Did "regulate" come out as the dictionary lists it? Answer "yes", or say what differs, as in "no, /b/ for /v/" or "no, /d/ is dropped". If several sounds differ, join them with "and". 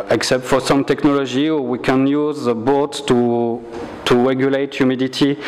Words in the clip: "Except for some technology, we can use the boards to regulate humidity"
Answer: yes